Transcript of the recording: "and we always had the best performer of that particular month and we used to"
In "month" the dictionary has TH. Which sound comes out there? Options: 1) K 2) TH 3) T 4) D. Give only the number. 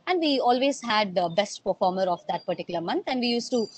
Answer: 3